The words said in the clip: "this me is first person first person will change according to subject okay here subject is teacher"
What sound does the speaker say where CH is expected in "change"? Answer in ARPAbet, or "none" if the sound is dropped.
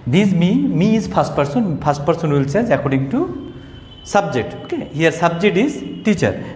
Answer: S